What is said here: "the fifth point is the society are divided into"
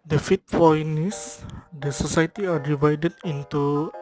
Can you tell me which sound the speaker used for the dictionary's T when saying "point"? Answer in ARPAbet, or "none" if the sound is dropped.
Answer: none